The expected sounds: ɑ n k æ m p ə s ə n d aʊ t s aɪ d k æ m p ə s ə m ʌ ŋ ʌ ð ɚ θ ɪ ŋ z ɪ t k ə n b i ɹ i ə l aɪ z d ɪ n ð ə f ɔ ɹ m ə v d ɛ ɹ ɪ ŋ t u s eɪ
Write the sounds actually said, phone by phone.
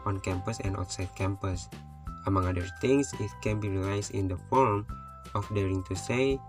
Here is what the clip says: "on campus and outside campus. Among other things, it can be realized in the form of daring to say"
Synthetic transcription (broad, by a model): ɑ n k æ m p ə s ə n d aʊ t s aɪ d k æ m p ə s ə m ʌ ŋ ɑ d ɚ t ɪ ŋ s ɪ t k ə n b i ɹ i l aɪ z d ɪ n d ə f ɔ ɹ m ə f d ɛ ɹ ɪ ŋ t u s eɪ